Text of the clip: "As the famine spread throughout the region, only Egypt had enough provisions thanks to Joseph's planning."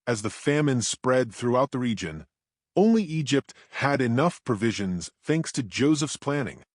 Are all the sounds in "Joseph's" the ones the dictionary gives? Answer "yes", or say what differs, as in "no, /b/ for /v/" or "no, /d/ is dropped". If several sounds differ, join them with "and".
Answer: yes